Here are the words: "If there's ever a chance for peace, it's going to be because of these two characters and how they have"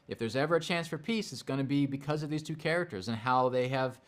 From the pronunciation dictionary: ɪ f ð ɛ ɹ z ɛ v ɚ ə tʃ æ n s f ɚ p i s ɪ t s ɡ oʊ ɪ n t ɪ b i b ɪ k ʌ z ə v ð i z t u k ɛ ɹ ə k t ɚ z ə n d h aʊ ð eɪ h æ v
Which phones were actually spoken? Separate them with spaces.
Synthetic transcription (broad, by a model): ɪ f ð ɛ ɹ z ɛ v ɚ ə tʃ æ n s f ɚ p i s ɪ t s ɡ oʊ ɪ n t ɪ b i b ɪ k ʌ z ə v ð i z t u k ɛ ɹ ə k t ɚ z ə n h aʊ ð eɪ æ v